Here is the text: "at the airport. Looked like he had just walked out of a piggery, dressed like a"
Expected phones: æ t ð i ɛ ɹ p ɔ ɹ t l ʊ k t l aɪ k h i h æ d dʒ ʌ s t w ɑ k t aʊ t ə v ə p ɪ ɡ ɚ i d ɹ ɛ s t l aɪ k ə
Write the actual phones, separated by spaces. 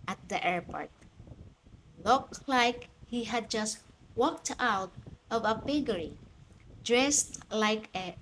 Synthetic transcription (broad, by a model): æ t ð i ɛ ɹ p ɔ ɹ t l ʊ k t l aɪ k h i h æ d dʒ ʌ s t w ɑ k t aʊ t ə v ə b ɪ ɡ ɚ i d ɹ ɛ s t l aɪ k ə